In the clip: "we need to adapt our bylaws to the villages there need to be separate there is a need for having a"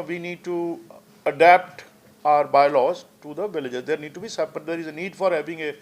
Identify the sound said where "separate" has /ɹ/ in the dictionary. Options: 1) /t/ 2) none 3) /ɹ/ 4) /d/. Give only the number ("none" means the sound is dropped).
2